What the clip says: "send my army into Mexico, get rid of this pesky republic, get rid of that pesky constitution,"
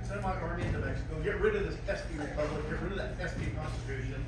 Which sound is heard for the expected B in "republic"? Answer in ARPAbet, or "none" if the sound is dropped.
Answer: none